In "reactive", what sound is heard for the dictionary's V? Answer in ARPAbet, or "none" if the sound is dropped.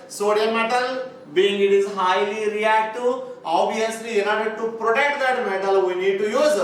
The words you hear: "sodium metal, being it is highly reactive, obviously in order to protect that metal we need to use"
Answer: none